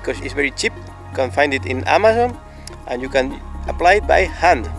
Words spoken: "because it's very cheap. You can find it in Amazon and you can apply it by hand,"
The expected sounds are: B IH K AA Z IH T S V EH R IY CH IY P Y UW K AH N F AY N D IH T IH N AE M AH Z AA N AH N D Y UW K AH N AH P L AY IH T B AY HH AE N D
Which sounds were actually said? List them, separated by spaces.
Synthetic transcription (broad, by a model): K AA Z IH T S V EH R IY CH IY P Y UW K AH N F AY N D IH T IH N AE M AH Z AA N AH N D Y UW K AH N AH P L AY IH T B AY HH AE N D